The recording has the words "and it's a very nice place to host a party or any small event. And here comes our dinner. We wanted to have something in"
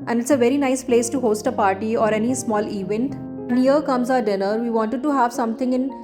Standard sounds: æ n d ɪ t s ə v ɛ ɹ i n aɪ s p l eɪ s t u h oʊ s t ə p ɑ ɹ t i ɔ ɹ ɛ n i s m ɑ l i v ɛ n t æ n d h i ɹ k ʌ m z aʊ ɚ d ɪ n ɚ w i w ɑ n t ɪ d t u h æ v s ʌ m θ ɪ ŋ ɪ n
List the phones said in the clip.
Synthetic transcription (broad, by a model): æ n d ɪ t s ə v ɛ ɹ i n aɪ s p l eɪ s t u h oʊ s t ə p ɑ ɹ t i ɔ ɹ ɛ n i s m ɑ l i v ɛ n t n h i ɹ k ʌ m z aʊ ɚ d ɪ n ɚ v i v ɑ n t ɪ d t u h æ v s ʌ m t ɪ ŋ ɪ n